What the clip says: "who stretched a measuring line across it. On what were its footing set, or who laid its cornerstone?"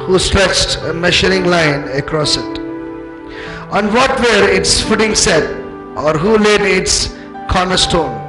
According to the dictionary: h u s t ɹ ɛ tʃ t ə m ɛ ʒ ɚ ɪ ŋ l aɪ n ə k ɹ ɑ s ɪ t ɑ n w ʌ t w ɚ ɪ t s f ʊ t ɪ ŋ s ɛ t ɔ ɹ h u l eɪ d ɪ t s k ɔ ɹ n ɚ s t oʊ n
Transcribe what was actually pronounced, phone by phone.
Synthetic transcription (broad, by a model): h u s t ɹ ɛ tʃ t ə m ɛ ʃ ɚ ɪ ŋ l aɪ n ə k ɹ ɑ s ɪ t ɑ n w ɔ t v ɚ ɪ t s f ʊ t ɪ ŋ s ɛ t ɔ ɹ h u l eɪ d ɪ t s k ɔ ɹ n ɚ s t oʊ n